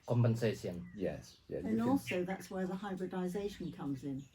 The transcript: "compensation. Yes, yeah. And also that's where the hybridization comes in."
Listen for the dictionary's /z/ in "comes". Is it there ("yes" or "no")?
yes